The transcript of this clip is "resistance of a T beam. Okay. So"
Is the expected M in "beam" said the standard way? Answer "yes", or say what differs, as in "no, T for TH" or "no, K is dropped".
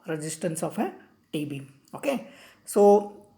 no, M is dropped